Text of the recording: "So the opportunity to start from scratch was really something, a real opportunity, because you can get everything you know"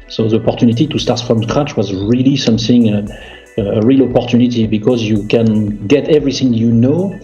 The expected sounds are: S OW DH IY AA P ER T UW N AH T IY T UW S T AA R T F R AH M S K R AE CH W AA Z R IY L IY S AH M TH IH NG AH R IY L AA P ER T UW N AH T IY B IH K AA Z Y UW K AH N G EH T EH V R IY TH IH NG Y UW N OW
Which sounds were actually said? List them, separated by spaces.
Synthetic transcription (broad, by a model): S OW DH IY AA P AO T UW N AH T IY T UW S T AA R T F R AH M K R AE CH W AA Z R IY L IY S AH M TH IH NG AH R IY L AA P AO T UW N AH T IY B IH K AA Z Y UW K AH N G EH T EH V R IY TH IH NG Y UW N OW